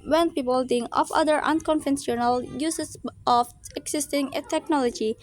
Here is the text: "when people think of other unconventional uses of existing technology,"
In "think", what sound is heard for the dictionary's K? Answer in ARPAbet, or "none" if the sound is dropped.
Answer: none